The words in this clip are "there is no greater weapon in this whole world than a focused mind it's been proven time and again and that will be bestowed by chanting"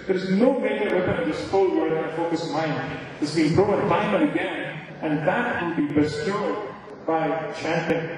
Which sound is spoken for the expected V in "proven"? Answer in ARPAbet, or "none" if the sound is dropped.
none